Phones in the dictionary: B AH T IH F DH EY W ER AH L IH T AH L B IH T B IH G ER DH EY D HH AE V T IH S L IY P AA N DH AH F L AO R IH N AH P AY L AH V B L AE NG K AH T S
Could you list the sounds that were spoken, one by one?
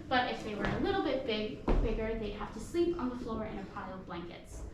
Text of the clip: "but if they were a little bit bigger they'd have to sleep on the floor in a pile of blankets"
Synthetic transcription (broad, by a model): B AH T IH F DH EY W ER AH L IH T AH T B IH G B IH G ER DH EY D HH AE F T IH S L IY P N DH AH F L AO R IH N AH P AY L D B L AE NG K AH T S